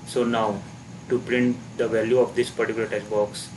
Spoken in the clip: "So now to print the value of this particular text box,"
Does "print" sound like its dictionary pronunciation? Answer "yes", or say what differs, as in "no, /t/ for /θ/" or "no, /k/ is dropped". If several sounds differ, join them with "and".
yes